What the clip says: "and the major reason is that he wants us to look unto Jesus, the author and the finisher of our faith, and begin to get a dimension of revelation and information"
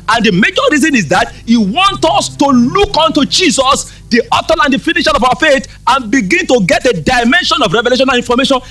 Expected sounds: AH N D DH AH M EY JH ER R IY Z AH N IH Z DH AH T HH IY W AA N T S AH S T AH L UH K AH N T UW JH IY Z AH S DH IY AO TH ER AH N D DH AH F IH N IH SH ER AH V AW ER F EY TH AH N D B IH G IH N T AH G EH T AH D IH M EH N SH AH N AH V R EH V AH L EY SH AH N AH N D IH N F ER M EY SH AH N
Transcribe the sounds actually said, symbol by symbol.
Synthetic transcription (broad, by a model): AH N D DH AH M EY JH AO R IY Z AH N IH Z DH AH T HH IY W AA N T AH S T AH L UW K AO N T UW JH IY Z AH S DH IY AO T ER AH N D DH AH F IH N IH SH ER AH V AW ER F EY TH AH N B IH G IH N T AH G EH T AH D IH M EH N SH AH N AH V R EH V AH L EY SH AH N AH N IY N F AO M EY SH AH N